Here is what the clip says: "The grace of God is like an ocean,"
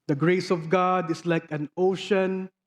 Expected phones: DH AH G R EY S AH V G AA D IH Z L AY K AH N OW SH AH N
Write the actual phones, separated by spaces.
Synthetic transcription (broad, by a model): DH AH G R EY S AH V G AA D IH S L AY K AH N OW SH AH N